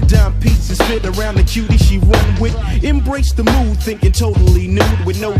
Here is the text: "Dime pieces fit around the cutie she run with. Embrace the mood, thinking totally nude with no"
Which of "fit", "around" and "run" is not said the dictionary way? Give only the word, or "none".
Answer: run